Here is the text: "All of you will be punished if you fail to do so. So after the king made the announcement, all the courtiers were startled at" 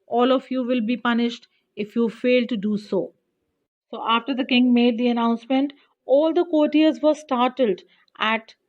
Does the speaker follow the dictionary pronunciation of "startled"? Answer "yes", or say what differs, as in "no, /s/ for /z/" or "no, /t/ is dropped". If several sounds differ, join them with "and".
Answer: yes